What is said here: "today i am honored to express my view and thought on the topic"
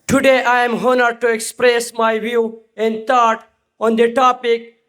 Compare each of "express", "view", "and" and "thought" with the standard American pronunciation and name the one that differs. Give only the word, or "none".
thought